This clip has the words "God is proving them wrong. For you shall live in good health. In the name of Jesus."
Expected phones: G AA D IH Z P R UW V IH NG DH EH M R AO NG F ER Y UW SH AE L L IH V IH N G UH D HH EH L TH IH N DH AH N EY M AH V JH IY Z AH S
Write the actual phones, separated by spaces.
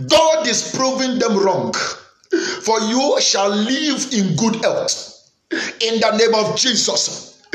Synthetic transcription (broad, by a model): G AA D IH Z P R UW V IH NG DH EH M R AO NG F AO Y UW SH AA L L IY V IH N G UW D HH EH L T IH N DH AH N EY M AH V JH IY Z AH S